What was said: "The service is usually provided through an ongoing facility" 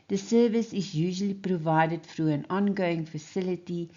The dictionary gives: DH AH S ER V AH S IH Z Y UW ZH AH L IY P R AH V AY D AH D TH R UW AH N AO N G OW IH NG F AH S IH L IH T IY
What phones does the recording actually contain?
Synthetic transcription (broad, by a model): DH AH S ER V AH S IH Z Y UW ZH AH L IY P R AH V AY D AH D F R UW AH N AO N G OW IH NG F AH S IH L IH T IY